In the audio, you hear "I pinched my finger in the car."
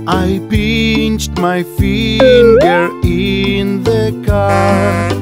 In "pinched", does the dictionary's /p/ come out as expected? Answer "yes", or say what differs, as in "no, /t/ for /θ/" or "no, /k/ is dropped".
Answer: no, /b/ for /p/